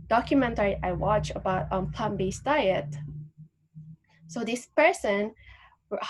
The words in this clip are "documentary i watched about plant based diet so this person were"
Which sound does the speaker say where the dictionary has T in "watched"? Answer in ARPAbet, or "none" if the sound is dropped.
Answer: none